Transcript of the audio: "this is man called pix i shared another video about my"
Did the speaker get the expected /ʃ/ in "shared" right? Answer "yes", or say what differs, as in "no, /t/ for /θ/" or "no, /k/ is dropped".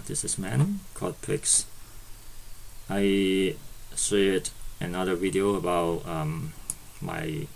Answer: no, /s/ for /ʃ/